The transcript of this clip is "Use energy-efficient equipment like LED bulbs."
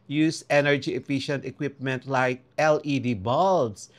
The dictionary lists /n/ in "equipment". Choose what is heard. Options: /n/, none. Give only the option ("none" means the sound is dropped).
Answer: /n/